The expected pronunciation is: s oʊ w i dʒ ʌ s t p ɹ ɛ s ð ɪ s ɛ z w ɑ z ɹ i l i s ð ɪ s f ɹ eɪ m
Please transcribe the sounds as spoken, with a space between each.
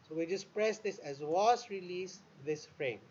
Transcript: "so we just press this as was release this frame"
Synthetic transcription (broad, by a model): s oʊ w i dʒ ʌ s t p ɹ ɛ s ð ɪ s ɛ z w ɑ s ɹ i l i s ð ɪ s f ɹ eɪ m